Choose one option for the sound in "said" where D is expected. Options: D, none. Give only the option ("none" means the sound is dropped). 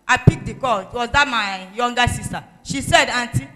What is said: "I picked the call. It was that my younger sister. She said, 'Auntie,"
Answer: D